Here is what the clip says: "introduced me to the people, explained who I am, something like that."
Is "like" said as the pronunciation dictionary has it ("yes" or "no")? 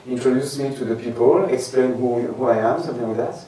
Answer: no